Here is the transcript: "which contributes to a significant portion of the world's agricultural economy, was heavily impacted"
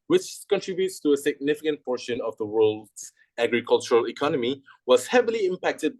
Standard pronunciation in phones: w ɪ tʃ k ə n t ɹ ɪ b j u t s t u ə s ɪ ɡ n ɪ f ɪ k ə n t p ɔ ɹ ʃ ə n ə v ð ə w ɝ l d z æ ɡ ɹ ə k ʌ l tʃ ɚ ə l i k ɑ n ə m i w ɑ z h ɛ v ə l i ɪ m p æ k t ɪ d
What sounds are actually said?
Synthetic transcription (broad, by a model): w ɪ tʃ k ə n t ɹ ɪ b j u t s t u ə s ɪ ɡ n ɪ f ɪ k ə n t p ɔ ɹ ʃ ə n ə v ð ə w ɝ l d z æ ɡ ɹ ə k ʌ l tʃ ɚ ə l i k ɑ n ə m i w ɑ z h ɛ v ə l i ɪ m p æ k t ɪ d